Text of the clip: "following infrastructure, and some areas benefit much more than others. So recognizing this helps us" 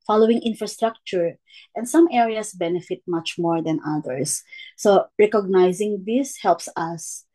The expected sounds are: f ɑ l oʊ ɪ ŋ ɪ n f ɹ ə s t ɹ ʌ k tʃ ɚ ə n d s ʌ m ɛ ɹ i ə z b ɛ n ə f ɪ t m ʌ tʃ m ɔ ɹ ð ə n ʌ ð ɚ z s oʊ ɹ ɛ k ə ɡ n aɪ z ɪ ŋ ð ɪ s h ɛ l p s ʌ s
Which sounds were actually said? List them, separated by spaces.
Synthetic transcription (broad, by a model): f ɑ l oʊ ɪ ŋ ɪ n f ɹ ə s t ɹ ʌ k tʃ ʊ ə n d s ʌ m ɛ ɹ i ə s b ɛ n ə f ɪ t m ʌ tʃ m ɔ ɹ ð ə n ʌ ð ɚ s oʊ ɹ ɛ k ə ɡ n aɪ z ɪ ŋ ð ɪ s h ɛ l p s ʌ s